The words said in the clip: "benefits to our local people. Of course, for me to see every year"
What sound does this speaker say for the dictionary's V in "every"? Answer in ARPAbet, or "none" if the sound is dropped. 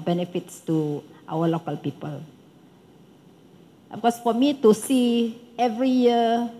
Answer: V